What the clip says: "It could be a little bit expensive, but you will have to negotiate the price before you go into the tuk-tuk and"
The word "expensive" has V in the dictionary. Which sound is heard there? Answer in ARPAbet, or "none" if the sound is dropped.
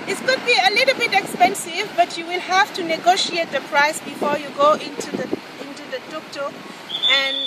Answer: V